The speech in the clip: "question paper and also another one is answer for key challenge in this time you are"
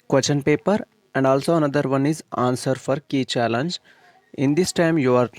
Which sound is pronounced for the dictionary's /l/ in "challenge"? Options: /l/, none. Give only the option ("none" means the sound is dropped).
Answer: /l/